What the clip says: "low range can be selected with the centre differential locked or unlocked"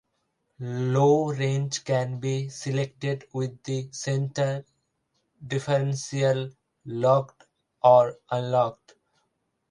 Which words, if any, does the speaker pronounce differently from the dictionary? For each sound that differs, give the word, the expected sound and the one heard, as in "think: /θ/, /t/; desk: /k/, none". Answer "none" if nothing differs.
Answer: differential: /ʃ/, /s/